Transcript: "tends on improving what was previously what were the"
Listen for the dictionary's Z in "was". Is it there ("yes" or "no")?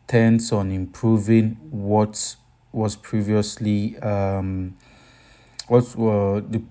no